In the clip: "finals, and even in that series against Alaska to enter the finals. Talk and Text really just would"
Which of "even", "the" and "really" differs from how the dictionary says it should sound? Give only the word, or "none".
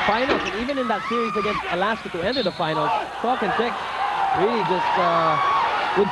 none